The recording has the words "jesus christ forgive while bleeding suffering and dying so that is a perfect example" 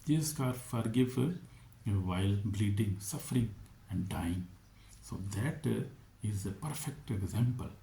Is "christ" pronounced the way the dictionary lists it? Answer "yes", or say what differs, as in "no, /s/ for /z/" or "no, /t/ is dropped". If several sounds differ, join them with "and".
no, /ɹ/ is dropped and /s/ is dropped